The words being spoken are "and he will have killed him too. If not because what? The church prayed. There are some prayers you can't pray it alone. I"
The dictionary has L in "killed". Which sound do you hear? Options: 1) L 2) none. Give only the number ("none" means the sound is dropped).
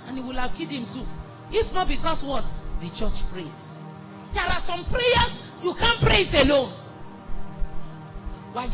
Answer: 2